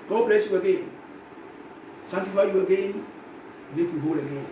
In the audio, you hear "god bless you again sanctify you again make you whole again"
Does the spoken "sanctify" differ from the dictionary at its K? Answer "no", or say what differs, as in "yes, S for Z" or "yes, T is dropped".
yes, K is dropped